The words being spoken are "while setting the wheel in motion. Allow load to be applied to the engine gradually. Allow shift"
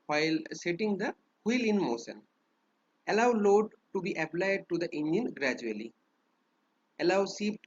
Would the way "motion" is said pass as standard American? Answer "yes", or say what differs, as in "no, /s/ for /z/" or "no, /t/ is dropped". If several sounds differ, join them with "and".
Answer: no, /s/ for /ʃ/